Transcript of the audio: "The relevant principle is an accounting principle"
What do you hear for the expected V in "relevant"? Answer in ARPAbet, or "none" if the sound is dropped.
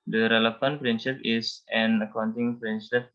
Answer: F